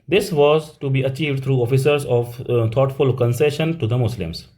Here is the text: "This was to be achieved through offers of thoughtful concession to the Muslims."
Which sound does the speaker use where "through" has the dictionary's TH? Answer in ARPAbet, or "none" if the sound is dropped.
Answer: T